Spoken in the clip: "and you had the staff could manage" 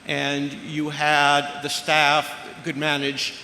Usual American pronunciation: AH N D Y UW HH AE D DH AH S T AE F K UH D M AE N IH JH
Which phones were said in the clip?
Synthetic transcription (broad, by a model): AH N Y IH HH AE D DH AH S T AE F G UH D M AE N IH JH